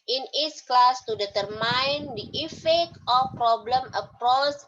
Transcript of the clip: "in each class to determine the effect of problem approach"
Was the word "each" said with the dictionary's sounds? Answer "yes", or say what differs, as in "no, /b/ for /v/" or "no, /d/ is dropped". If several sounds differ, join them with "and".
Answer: no, /s/ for /tʃ/